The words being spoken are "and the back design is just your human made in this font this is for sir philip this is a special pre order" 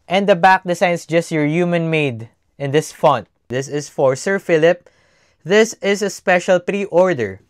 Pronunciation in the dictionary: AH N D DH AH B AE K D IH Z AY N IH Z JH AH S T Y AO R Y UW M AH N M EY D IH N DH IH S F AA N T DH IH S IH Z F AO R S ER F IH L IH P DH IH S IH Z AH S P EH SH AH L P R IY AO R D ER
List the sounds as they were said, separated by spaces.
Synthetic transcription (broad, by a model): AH N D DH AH B AE K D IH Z AY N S JH AH S T Y AO R Y UW M AH N M EY D IH N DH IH S F AA N T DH IH S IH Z F AO R S ER F IH L IH P DH IH S IH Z AH S P EH SH AH L P R IY AO R D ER